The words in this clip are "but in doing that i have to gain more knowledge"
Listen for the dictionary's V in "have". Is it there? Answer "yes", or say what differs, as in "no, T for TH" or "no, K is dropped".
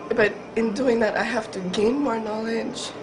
no, F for V